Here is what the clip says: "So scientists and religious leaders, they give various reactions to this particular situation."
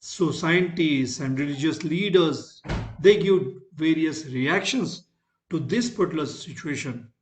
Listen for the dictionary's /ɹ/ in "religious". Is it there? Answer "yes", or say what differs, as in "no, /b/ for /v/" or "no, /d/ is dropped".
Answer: yes